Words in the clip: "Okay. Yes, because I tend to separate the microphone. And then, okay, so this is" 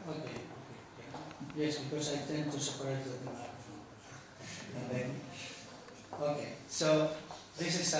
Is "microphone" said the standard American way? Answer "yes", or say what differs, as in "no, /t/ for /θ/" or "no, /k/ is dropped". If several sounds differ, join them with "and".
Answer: no, /n/ is dropped